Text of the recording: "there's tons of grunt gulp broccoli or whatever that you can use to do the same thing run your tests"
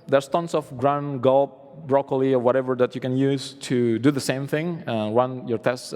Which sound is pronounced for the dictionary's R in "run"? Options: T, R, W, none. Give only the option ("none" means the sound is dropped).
W